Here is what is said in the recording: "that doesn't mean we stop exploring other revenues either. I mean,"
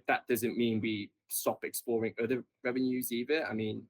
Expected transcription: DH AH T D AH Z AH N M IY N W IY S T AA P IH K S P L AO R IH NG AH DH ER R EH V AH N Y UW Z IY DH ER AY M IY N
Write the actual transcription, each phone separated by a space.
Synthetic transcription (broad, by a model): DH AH T D AH Z AH N M IY N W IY S T AA P IH K S P L AO R IH NG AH DH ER R EH V AH N Y UW Z IY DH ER AY M IY N